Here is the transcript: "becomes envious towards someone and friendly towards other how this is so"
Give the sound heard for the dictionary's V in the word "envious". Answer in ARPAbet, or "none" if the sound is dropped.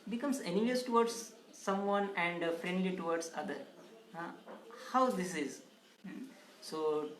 none